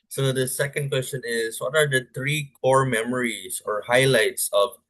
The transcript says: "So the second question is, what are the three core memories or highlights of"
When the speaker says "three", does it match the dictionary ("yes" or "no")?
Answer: no